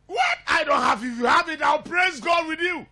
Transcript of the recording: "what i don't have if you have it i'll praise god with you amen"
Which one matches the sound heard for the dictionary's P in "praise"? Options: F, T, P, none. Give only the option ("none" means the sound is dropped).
P